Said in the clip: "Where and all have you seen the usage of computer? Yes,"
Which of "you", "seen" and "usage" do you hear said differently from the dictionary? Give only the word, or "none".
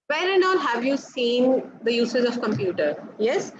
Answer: usage